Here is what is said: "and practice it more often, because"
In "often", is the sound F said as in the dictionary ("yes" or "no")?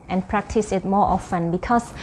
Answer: yes